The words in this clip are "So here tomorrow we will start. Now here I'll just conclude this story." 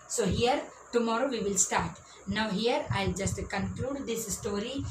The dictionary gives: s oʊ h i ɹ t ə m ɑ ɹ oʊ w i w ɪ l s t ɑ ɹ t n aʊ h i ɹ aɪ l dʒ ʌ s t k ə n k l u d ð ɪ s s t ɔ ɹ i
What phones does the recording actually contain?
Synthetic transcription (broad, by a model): s oʊ h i ɹ t ə m ɑ ɹ oʊ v i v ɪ l s t ɑ ɹ t n aʊ h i ɹ aɪ l dʒ ʌ s t k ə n k l u d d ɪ s s t ɔ ɹ i